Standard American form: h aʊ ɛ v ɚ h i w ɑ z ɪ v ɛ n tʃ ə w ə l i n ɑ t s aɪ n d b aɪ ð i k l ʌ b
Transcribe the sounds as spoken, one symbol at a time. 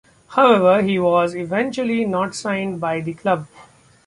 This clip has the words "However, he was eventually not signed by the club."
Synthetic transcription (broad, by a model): h aʊ ɛ v ɚ h i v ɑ z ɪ v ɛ n tʃ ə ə l i n ɑ t s aɪ n d b aɪ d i k l ʌ b